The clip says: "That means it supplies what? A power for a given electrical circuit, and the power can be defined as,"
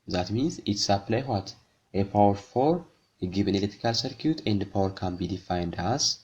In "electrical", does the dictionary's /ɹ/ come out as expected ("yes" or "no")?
no